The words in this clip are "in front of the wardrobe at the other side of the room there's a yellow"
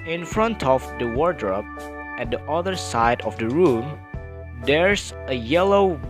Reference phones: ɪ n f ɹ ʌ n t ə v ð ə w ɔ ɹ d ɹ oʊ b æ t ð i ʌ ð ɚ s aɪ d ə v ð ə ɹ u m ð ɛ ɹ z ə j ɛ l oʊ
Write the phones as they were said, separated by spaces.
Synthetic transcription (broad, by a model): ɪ n f ɹ ʌ n t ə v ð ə w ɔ ɹ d ɹ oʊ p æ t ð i ʌ ð ɚ s aɪ d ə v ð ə ɹ u m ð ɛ ɹ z ə j ɛ l oʊ